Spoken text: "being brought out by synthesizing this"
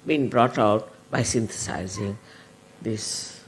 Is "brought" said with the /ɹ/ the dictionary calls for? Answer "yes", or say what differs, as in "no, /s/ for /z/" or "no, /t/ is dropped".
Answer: yes